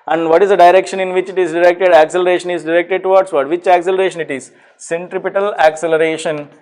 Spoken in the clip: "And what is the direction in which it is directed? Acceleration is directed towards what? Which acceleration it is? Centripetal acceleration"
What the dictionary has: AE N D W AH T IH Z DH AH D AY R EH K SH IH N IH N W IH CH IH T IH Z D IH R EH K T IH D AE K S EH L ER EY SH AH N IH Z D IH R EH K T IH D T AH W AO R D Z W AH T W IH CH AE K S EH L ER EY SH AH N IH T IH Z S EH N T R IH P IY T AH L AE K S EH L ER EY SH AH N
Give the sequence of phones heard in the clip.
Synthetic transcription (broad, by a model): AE N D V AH T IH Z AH D AY R EH K SH IH N IH N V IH CH IH T IH Z D IH R EH K T IH D AE K S EH L ER EY SH AH N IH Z D IH R EH K T IH D T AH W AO R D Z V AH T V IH CH AE K S EH L ER EY SH AH N IH T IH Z S EH N T R IH P IY T AH L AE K S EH L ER EY SH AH N